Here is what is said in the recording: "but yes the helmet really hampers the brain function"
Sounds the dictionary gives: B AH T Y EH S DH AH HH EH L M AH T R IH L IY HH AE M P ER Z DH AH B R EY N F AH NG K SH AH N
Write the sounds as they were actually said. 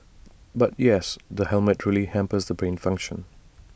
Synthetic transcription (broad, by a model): B AH T Y EH S DH AH HH EH L M AH T R IH L IY HH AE M P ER Z DH AH B R EY N F AH NG K SH AH N